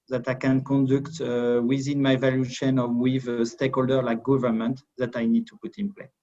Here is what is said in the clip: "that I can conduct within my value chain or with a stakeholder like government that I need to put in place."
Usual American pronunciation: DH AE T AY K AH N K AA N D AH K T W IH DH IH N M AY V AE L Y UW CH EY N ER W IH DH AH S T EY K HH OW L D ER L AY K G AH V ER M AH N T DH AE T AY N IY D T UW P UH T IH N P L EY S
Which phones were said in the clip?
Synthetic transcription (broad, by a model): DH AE T AY K AH N K AA N D AH K T W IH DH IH N M AY V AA L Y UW SH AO N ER W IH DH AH S T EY K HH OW L D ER L AY K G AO V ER M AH N T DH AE T AY N IY D T UW P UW T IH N P L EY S